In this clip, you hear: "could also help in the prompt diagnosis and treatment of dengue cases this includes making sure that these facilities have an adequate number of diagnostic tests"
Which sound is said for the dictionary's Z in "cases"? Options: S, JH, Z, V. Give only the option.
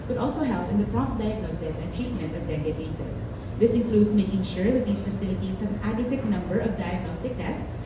S